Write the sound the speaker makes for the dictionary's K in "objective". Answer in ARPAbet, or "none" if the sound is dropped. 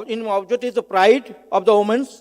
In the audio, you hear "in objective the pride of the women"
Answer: none